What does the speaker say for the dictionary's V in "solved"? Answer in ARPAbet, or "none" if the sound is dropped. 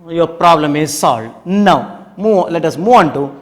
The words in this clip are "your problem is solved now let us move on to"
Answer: none